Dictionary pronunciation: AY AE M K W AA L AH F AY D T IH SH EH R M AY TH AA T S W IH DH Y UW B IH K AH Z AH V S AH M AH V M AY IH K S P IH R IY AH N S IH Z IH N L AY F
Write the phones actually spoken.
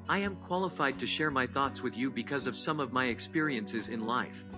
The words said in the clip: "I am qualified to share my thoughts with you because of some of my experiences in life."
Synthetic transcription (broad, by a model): AY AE M K W AA L AH F AY D T IH SH EH R M AY TH AA T S W IH DH Y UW B IH K AH Z AH V S AH M AH V M AY IH K S P IH R IY AH N S IH Z IH N L AY F